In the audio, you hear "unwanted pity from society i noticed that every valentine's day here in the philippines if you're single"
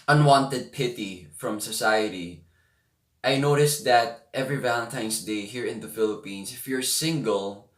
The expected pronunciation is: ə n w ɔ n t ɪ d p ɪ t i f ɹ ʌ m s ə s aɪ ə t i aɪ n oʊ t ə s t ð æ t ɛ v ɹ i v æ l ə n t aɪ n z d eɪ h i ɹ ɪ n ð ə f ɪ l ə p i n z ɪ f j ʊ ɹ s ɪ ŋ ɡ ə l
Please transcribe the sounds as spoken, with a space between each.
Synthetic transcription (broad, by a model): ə n w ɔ n t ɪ d p ɪ t i f ɹ ʌ m s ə s aɪ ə t i aɪ n oʊ t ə s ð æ t ɛ v ɹ i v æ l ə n t aɪ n s d eɪ h i ɹ ɪ n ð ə f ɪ l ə p i n s ɪ f j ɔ ɹ s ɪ ŋ ɡ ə l